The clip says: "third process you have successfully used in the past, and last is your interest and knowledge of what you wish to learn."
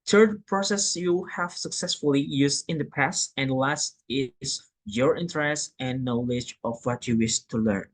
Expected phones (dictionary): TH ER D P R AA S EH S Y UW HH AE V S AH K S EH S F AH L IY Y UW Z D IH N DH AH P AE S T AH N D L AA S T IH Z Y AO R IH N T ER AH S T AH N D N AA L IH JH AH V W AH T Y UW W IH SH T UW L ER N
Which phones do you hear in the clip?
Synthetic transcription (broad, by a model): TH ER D P R AA S EH S Y UW HH AE V S AH K S EH S F AH L IY Y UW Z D IH N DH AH P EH S AH N D L AA S T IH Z Y AO R IH N T ER AH S T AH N N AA L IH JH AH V W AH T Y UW W IH SH T UW L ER N